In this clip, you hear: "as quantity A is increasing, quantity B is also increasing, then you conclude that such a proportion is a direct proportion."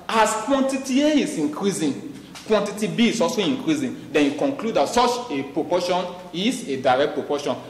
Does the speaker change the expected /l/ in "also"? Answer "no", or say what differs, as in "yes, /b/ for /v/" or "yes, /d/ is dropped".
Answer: yes, /l/ is dropped